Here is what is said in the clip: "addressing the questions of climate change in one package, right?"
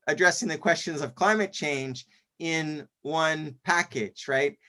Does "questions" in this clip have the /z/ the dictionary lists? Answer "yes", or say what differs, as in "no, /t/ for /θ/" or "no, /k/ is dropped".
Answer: yes